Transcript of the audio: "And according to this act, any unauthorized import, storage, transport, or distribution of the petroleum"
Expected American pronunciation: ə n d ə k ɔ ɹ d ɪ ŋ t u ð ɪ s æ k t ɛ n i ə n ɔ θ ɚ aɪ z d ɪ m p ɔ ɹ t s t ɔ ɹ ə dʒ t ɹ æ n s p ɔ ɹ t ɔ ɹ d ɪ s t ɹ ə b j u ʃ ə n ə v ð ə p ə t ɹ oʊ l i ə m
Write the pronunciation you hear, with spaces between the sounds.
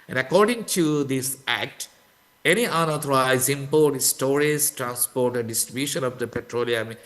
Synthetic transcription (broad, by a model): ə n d ə k ɔ ɹ d ɪ ŋ t u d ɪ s æ k t ɛ n i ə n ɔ t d aɪ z ɪ m p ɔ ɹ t s t ɔ ɹ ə z t ɹ æ n s p ɔ ɹ t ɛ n d ɪ s t ɹ ə b j u ʃ ə n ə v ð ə p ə t ɹ oʊ l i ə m